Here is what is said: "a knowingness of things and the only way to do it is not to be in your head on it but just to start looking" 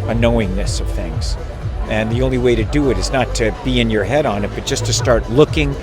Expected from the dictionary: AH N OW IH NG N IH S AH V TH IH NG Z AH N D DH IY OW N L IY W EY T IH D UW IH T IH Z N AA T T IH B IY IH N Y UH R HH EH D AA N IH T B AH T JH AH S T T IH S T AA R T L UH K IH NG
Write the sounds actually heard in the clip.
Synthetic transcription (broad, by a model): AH N OW IH NG N IH S AH V TH IH NG Z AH N DH IY OW N L IY W EY T IH D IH IH T IH Z N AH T T IH B IY IH N Y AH R HH EH D N IH T B AH T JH AH S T T IH S T AA R T L UH K IH NG